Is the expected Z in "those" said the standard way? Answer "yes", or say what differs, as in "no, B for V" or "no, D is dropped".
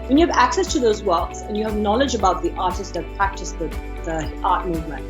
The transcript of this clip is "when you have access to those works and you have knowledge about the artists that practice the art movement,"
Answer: yes